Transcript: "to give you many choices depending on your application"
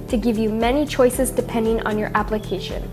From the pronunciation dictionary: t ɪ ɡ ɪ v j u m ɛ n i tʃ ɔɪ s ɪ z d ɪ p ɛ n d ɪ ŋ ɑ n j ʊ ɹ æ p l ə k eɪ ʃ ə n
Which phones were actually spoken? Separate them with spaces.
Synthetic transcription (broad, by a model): t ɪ ɡ ɪ v j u m ɛ n i tʃ ɔɪ s ɪ z d ɪ p ɛ n d ɪ ŋ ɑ n j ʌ ɹ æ p l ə k eɪ ʃ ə n